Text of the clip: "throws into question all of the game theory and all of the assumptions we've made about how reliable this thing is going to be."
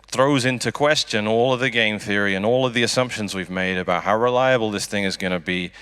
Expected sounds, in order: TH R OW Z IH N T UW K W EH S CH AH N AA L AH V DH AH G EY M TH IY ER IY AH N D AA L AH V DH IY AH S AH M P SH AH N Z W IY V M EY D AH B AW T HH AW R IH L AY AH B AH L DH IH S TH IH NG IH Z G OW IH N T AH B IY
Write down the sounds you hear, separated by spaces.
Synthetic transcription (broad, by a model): TH R OW Z IH N T UW K W EH S CH AH N AA L AH V DH AH G EY M TH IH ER IY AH N AA L AH V DH IY AH S AH M P SH AH N Z W IY V M EY D AH B AW T HH AW R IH L AY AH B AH L DH IH S TH IH NG IH Z G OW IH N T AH B IY